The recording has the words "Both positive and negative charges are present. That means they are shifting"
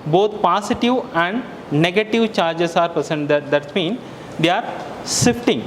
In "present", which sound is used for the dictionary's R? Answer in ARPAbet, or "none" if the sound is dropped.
none